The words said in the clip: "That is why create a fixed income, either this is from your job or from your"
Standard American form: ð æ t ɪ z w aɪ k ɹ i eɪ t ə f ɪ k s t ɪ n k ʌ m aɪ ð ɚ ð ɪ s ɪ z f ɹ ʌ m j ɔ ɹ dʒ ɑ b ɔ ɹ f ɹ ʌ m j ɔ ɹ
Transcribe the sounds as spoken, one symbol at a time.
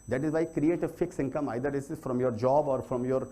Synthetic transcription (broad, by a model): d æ t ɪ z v aɪ k ɹ i eɪ t ə f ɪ k s ɪ n k ʌ m aɪ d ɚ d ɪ s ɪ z f ɹ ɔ m j ɔ ɹ dʒ ɑ b ɔ ɹ f ɹ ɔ m j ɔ ɹ